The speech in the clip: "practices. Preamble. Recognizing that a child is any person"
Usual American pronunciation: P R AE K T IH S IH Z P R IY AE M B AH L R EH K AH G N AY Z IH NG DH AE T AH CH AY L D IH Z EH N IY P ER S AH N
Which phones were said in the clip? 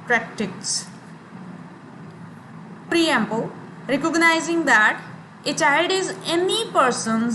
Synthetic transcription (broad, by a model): P R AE K T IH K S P R IY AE M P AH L R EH K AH G N AY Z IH NG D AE T AH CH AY D IH Z EH N IY P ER S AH N